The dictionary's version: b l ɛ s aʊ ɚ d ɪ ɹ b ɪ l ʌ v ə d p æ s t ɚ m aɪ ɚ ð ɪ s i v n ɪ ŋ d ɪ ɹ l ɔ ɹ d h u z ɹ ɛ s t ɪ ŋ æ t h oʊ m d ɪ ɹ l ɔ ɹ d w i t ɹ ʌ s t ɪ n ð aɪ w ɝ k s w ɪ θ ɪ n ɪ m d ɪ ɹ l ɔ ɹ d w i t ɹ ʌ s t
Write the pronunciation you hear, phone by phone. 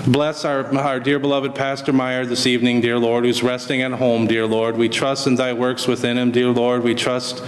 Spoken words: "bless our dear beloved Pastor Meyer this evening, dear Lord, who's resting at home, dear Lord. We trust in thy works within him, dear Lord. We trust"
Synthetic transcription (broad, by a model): b l ɛ s aʊ ɚ d ɪ ɹ b ɪ l ʌ v ə d p æ s t ɚ m aɪ ɚ ð ɪ s i v n ɪ ŋ d ɪ ɹ l ɔ ɹ d h u z ɹ ɛ s t ɪ ŋ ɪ t h oʊ m d ɪ ɹ l ɔ ɹ d w i t ɹ ʌ s t ɪ n ð aɪ w ɝ k s w ɪ θ ɪ n ɪ m d ɪ ɹ l ɔ ɹ d w i t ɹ ʌ s t